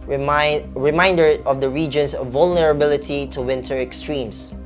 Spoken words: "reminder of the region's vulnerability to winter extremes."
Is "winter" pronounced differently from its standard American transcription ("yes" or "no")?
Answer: no